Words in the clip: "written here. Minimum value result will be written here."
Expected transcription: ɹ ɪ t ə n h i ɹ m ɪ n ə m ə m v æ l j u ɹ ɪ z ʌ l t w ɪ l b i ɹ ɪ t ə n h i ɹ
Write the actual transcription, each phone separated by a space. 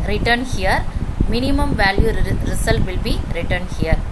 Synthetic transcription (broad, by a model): ɹ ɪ t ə n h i ɹ m ɪ n ə m ə m v æ l j u ɹ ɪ s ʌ l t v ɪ l b i ɹ ɪ t ə n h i ɹ